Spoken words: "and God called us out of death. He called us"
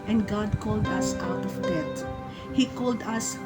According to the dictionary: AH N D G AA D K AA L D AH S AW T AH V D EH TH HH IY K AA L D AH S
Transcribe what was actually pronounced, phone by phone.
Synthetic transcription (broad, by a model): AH N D G AA D K AA L D AH S AW T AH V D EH T HH IY K AA L D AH S